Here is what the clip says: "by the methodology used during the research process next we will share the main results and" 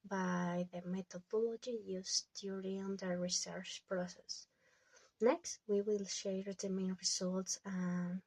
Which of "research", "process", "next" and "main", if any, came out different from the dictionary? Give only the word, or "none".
none